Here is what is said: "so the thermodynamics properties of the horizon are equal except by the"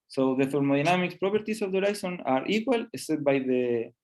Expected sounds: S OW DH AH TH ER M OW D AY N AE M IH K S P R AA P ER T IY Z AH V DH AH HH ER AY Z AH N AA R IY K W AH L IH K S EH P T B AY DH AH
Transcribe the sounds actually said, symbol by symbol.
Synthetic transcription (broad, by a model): S OW DH AH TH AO M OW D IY N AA M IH K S P R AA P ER T IY S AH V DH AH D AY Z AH N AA R IY K W AH L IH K S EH T B AY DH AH